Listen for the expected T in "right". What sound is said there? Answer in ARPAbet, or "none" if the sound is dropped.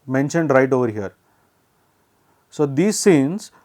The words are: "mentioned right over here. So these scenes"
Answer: T